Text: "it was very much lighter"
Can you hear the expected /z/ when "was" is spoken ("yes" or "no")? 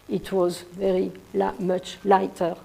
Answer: yes